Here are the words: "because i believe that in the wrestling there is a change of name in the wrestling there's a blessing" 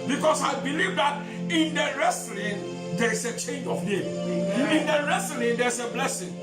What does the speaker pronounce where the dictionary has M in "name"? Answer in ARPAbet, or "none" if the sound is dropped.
none